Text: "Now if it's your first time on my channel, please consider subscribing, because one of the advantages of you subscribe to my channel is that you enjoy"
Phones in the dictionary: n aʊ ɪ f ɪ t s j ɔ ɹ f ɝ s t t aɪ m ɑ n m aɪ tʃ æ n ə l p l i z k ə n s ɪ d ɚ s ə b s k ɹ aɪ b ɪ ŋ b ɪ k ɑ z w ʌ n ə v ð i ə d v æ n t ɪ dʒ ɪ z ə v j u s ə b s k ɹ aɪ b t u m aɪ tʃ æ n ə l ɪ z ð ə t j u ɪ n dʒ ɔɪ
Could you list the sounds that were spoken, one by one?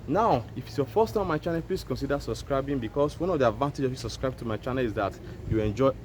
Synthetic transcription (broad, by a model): n aʊ ɪ f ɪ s j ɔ f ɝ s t t aɪ m ɑ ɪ tʃ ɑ n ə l p l i s k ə n s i d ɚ s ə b s k ɹ aɪ b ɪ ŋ b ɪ k ɑ s w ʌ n ə v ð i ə d v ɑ n t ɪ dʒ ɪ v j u s ə b s k ɹ aɪ b t u m aɪ tʃ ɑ n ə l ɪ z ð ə t j u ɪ n dʒ ɔɪ